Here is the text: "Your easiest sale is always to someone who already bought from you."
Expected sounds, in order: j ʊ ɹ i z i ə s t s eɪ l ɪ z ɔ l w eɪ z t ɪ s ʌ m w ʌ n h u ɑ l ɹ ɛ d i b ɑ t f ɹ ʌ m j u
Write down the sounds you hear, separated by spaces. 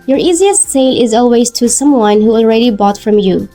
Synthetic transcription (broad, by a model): j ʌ ɹ i z i ə s t s eɪ l ɪ z ɔ l w eɪ z t ɪ s ʌ m w ʌ n h u ɑ l ɹ ɛ d i b ɑ t f ɹ ʌ m j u